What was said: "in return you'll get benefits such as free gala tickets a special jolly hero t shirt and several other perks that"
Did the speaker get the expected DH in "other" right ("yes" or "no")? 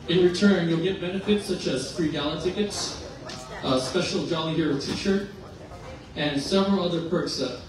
yes